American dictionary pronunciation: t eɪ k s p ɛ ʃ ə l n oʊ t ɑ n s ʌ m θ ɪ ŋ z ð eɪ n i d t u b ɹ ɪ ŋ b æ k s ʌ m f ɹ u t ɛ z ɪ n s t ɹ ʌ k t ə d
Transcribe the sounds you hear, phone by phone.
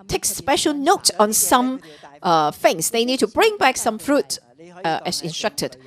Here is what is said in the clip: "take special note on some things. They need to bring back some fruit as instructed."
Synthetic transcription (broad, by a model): t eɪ k s p ɛ ʃ ə l n oʊ t ɑ n s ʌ m f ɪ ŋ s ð eɪ n i d t u b ɹ ɪ ŋ b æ k s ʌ m f ɹ u t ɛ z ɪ n s t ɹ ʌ k t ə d